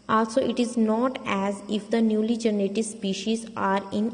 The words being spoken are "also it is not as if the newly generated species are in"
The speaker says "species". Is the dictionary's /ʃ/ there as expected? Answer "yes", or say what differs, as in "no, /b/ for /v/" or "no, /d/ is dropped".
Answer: yes